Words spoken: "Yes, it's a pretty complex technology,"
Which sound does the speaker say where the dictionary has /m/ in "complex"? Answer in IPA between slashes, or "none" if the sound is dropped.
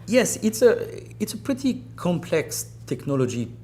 /m/